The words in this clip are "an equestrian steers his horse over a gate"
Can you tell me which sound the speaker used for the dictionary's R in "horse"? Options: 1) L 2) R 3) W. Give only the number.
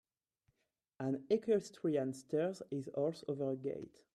1